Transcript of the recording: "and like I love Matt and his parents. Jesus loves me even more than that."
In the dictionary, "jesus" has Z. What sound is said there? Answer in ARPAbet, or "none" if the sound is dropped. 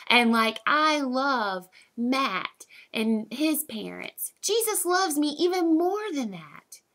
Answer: Z